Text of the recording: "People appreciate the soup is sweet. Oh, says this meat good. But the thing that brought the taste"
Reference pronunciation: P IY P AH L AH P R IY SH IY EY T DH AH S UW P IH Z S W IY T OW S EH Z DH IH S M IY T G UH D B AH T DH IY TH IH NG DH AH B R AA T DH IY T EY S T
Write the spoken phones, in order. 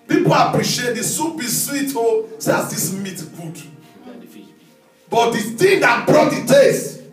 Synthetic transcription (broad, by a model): P IY P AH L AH P R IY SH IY EY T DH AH S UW B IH S W IY T OW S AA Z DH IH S M IY T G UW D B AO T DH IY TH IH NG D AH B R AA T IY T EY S